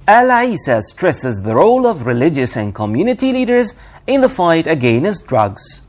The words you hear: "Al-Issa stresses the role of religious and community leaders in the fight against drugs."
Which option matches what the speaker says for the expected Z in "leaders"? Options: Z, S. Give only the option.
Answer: Z